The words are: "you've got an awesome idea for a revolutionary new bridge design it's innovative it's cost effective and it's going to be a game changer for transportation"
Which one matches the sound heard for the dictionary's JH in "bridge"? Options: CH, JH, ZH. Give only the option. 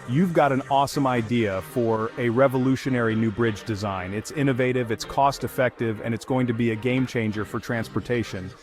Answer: JH